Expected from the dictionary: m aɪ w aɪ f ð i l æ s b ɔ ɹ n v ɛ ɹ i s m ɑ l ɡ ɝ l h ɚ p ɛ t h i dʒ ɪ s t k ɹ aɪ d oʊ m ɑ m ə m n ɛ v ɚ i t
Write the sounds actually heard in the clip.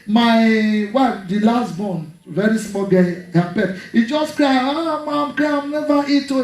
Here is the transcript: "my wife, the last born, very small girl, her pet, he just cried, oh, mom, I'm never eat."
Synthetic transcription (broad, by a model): m aɪ w aɪ f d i l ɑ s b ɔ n v ɛ ɹ i s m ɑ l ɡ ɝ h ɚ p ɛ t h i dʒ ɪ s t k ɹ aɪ oʊ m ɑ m ə m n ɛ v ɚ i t